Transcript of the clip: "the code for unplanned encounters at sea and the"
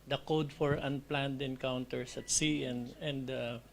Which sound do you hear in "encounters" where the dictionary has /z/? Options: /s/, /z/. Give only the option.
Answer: /s/